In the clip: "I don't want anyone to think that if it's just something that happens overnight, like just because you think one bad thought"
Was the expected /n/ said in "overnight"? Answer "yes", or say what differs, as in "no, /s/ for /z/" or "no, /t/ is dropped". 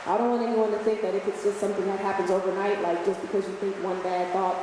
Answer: yes